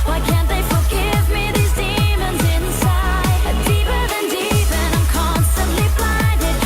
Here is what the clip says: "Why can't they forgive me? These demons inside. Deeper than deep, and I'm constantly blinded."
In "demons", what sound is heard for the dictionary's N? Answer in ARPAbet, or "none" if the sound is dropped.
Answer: N